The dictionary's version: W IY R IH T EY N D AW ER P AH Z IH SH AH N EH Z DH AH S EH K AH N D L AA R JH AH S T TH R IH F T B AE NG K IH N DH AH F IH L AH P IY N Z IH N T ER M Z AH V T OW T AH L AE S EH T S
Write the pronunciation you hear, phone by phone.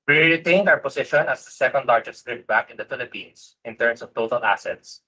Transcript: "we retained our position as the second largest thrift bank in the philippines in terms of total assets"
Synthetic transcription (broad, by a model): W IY R IH T EY N D AW ER P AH S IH SH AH N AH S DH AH S EH K AH N D L AA R JH AH S T R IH T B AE K IH N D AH F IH L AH P IY N S IH N T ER M S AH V T OW T AH L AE S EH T S